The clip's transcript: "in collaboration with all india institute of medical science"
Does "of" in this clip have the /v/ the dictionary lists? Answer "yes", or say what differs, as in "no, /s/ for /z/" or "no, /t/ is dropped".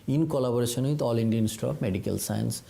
no, /p/ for /v/